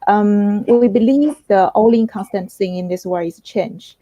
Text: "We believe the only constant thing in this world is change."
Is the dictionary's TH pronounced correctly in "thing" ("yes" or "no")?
no